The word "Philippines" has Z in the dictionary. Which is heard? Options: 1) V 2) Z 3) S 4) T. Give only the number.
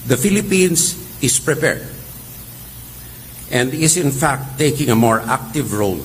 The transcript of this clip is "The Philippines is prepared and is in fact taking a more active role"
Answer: 3